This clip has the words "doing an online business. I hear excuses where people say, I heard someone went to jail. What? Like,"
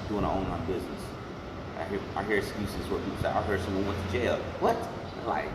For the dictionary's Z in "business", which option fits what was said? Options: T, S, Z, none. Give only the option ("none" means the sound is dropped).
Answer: Z